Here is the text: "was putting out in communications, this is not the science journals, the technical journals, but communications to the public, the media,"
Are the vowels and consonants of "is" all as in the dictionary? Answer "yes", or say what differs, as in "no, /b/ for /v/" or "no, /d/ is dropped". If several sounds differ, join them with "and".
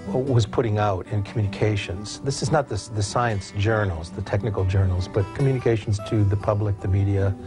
yes